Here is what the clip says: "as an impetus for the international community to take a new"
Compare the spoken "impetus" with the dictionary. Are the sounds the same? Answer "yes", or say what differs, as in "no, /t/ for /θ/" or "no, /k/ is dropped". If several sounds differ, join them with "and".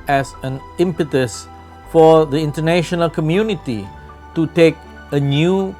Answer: yes